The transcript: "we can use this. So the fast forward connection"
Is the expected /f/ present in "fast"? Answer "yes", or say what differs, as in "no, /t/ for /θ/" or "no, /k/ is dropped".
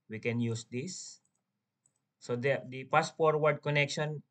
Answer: no, /p/ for /f/